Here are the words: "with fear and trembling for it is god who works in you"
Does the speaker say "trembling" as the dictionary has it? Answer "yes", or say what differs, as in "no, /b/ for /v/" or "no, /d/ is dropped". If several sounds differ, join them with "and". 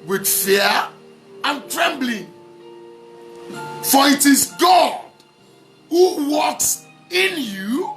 yes